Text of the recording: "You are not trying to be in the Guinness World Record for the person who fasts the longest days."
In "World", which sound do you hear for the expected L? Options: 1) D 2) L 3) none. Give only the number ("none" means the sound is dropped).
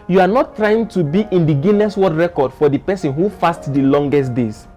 3